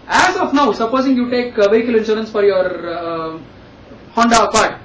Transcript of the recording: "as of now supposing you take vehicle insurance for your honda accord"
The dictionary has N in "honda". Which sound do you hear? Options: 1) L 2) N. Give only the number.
2